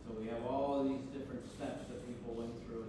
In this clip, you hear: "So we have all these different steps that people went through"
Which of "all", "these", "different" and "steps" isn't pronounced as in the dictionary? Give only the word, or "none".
none